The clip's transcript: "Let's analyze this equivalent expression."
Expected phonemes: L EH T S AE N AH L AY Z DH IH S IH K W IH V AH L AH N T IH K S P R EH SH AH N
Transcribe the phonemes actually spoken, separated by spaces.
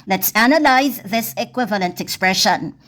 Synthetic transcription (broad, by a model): L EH T S AE N AH L AY Z DH IH S IH K W IH V AH L AH N T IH K S P R EH SH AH N